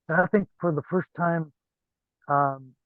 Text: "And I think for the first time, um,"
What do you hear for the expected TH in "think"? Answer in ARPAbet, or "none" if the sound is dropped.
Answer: TH